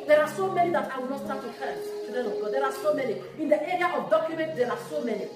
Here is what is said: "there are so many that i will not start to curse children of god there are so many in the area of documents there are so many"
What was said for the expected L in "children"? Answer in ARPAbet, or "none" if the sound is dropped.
none